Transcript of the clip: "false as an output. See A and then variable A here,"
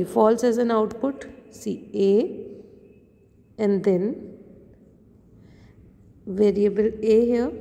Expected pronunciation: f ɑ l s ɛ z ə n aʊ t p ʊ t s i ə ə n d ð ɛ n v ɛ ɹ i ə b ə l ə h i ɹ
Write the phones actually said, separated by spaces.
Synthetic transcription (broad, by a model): f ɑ l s ɛ z ə n aʊ t p ʊ t s i ə ə n d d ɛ n v ɛ ɹ i ə b ə l ə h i